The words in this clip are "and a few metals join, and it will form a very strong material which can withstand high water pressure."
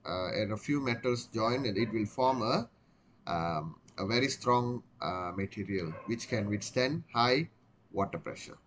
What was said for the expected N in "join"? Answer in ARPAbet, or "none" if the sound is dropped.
none